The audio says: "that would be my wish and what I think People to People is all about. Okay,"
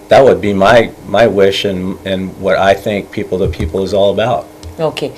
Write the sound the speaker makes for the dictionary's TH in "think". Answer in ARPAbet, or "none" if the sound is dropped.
TH